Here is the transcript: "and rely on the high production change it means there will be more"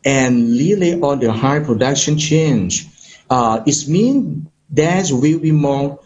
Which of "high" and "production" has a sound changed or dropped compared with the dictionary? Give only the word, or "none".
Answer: none